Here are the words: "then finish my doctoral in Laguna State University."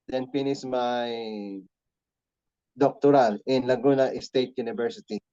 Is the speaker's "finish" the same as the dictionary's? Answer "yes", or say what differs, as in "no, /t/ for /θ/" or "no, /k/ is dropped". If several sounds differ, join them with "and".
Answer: no, /s/ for /ʃ/